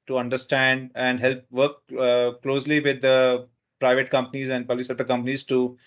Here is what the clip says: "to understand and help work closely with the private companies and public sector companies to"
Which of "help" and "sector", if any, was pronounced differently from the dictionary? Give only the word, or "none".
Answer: sector